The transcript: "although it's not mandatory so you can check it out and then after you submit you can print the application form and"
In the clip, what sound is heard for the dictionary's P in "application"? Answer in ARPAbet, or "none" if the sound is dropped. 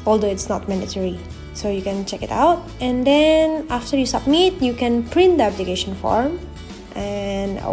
B